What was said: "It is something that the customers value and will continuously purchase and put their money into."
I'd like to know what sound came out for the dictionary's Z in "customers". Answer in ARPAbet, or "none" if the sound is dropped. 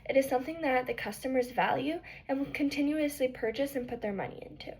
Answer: Z